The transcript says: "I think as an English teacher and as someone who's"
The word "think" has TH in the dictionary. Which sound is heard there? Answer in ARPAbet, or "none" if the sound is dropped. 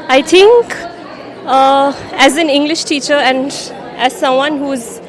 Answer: T